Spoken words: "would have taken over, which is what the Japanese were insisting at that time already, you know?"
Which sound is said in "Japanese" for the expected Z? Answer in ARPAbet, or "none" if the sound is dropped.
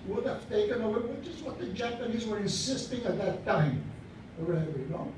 Z